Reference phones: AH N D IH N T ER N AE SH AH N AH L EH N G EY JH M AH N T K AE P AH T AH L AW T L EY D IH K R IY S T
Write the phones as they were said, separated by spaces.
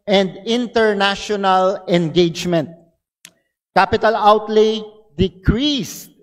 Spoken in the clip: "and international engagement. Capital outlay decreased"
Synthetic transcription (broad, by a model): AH N D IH N T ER N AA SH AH N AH L EH N G EY JH M AH N T K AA P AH T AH L AW T L EY D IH K R IY S